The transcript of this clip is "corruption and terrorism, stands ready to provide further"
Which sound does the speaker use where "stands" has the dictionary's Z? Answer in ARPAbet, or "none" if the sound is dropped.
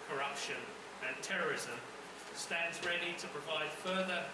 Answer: Z